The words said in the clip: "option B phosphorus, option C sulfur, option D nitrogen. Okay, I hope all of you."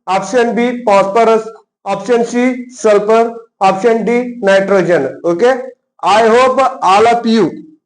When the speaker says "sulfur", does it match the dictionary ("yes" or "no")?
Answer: no